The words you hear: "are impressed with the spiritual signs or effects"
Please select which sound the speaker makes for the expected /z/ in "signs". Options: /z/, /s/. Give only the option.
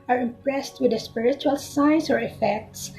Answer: /s/